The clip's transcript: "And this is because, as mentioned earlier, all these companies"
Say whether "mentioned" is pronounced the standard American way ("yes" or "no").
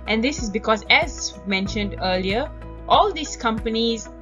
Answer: yes